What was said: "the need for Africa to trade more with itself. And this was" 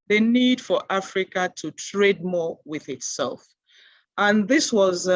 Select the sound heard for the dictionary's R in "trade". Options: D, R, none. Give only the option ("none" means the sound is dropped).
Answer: R